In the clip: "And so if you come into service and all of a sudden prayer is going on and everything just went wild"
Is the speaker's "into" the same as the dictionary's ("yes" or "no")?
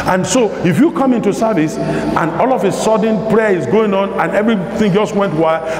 yes